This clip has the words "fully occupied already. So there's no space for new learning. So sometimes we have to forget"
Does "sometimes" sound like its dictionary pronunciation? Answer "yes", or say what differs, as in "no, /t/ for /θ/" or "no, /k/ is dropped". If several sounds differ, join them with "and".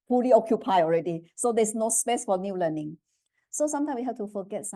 no, /z/ is dropped